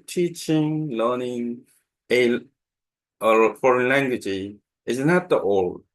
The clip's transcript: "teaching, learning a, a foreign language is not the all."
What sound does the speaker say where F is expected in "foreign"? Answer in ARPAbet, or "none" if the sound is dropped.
F